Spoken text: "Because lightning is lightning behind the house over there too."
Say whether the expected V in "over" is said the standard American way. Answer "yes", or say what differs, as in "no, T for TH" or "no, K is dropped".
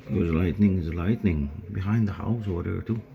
no, W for V